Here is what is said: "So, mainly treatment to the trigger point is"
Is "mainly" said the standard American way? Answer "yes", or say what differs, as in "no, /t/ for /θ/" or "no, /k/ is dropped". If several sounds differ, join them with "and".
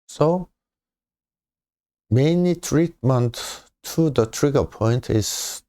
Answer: no, /l/ is dropped